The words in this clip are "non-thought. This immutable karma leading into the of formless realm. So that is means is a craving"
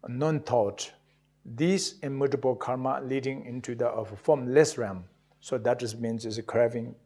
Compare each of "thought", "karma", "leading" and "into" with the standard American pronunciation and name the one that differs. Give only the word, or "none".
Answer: thought